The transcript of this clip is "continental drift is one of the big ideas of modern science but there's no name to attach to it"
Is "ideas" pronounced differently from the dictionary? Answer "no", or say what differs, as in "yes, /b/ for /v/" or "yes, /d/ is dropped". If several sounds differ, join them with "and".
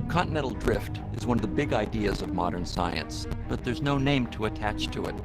no